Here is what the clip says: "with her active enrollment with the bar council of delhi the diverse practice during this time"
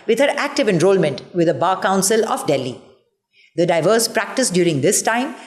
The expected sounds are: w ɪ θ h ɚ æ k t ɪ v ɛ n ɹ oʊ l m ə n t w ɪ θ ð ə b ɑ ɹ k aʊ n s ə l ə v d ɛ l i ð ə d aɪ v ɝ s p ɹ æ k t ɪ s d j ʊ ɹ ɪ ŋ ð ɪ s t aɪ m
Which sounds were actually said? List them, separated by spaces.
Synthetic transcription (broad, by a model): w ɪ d h ɚ æ k t ɪ v ɛ n ɹ oʊ l m ə n t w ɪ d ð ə b ɑ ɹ k aʊ n s ə l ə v d ɛ l i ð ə d aɪ v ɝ s p ɹ æ k t ɪ s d j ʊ ɹ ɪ ŋ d ɪ s t aɪ m